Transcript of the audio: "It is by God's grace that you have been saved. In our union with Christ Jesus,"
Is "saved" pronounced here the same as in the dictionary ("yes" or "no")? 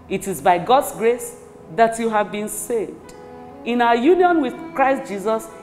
yes